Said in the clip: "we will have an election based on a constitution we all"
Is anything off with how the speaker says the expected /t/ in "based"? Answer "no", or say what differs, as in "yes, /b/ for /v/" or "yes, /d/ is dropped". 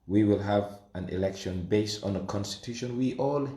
no